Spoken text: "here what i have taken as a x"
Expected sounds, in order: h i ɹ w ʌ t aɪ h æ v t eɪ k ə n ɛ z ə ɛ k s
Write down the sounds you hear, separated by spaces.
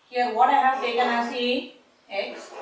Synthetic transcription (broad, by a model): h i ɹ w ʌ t aɪ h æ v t eɪ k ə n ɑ s ə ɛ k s